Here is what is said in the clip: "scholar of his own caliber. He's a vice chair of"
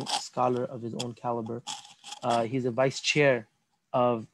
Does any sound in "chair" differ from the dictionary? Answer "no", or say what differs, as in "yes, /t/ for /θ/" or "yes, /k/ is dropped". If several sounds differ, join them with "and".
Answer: no